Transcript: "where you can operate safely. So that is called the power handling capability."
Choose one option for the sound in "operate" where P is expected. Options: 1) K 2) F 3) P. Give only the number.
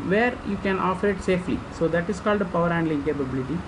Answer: 2